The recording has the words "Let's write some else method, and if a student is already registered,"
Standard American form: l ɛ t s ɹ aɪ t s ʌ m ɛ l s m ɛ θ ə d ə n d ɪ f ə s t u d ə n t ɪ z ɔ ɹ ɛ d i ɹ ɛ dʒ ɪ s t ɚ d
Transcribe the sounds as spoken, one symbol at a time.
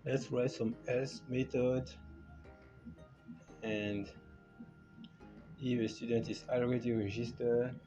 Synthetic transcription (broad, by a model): l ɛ t s ɹ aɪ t s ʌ m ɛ s m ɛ t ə d ə n d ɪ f ə s t u d ə n t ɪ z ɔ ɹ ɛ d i ɹ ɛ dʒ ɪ s t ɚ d